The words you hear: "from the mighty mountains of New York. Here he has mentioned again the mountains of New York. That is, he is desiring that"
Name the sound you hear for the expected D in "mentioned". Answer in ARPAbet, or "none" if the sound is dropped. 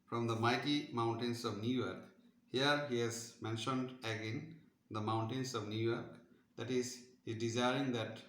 D